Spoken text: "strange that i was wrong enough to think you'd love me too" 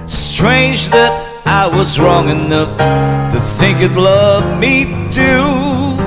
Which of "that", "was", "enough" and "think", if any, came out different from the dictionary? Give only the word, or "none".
none